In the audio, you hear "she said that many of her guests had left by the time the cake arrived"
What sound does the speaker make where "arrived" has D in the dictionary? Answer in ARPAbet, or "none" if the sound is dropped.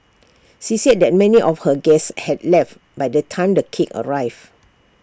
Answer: none